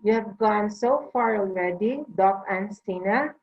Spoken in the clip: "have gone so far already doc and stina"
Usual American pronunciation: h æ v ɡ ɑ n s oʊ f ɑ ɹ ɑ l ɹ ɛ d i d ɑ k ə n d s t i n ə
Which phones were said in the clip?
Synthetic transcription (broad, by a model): h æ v ɡ ɑ n s oʊ f ɑ ɹ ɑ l l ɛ d i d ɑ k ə n s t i n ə